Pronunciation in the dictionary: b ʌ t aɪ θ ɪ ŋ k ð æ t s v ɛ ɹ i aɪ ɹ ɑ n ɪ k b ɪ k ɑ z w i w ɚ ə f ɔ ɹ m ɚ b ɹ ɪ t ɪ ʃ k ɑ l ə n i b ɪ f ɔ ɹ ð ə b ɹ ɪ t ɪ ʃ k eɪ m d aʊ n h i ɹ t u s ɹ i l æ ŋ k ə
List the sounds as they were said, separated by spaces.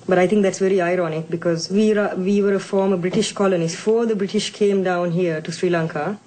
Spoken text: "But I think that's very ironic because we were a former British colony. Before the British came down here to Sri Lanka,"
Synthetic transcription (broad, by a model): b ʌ t aɪ t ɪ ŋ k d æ t s v ɛ ɹ i aɪ ɹ ɑ n ɪ k b ɪ k ɑ z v i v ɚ ə f ɔ ɹ m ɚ b ɹ ɪ t ɪ ʃ k ɑ l ə n i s f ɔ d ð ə b ɹ ɪ t ɪ ʃ k eɪ m d aʊ n h i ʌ t u s ɹ i l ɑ ŋ k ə